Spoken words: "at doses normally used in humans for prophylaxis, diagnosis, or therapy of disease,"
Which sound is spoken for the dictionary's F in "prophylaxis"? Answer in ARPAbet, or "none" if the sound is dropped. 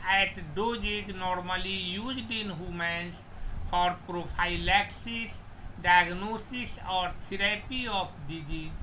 P